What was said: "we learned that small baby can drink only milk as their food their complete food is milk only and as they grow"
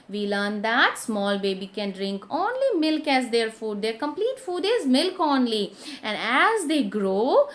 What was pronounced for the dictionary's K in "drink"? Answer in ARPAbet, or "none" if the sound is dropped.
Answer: K